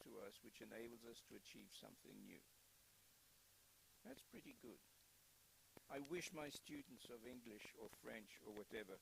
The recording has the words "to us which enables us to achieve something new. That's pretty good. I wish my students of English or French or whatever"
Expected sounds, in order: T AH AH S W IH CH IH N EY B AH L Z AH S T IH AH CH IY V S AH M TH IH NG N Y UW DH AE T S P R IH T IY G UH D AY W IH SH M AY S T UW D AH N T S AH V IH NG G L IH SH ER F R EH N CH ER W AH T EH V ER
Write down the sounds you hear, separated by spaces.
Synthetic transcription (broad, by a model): T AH AH S W IH CH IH N EY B L Z AH S T IH AH CH IY V S AH M TH IH NG N Y UW DH AE T S P R IH T IY G UH D AY W IH SH M AY S T UW D N T S AH V IH NG G L IH SH ER F R EH N CH ER W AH T EH V ER